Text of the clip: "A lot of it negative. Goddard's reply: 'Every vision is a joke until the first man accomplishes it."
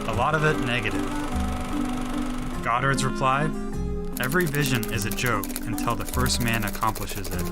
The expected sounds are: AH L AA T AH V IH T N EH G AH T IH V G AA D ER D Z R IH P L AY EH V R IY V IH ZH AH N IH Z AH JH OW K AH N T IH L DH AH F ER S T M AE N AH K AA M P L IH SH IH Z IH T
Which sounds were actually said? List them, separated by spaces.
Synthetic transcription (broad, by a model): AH L AA T AH V IH T N EH G AH T IH V G AA D ER D Z R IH P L AY EH V R IY V IH ZH AH N IH Z AH JH OW K AH N T IH L DH AH F ER S T M AE N AH K AA M P L IH SH IH Z IH T